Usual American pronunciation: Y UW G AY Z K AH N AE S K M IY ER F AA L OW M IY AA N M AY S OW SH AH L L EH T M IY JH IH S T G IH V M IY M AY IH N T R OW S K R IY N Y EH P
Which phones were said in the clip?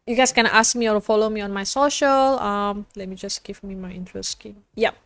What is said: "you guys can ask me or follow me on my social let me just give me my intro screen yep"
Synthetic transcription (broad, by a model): Y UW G AY S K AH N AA S K M IY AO F AA L OW M IY AA N M AY S OW SH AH L L EH T M IY JH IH S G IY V M IY M AY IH N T R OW S K IY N Y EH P